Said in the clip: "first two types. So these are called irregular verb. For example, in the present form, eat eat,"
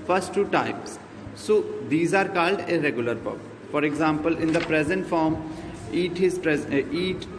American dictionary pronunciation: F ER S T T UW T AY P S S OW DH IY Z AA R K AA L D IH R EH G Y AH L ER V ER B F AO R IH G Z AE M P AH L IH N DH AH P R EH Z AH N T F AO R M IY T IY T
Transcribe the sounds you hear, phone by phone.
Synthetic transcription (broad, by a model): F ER S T T UW T AY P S S OW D IY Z AA R K AA L D IH R EH G Y AH L ER P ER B F AO R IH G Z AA M P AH L IH N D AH P R EH Z AH N T F AO R M IY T IY T